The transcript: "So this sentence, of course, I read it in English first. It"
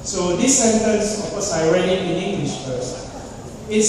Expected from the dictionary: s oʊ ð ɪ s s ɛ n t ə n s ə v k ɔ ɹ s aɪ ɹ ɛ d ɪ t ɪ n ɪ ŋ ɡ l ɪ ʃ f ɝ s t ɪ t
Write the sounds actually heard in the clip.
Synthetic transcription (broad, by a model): s oʊ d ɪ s s ɛ n t ə n s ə f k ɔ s aɪ ɹ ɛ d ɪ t ɪ n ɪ ŋ ɡ l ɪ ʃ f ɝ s ɪ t